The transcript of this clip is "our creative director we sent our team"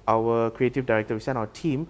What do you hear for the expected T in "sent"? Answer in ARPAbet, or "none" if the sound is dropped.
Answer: none